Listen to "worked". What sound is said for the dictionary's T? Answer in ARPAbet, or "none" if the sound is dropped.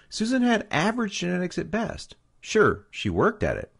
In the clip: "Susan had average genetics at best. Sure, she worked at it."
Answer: T